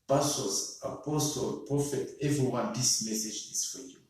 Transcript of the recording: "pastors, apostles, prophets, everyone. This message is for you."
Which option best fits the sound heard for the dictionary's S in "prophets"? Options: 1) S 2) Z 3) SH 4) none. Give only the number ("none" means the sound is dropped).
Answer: 4